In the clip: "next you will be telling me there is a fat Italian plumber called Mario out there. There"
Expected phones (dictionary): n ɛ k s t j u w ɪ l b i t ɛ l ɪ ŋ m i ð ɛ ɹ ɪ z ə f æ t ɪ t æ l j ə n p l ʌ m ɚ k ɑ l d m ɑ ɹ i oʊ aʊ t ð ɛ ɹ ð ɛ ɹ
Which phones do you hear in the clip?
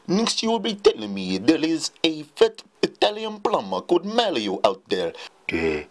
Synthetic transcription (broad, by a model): n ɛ k s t j u w ɪ l b i t ɛ l ɪ ŋ m i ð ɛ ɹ ɪ z ə f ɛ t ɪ t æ l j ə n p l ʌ m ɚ k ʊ d m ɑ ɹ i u aʊ t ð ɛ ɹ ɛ